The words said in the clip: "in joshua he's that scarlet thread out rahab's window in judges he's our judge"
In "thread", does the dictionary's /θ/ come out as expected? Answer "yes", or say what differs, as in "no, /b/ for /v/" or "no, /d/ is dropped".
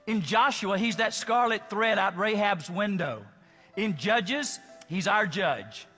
yes